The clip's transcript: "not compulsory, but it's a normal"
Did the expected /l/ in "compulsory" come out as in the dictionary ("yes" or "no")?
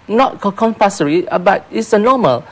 no